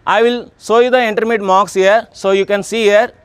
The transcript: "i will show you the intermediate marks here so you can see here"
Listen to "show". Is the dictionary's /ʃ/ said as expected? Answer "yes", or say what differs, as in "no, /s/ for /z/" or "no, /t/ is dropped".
no, /s/ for /ʃ/